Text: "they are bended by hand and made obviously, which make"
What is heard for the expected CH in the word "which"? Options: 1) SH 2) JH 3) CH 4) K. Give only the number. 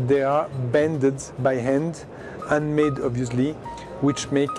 3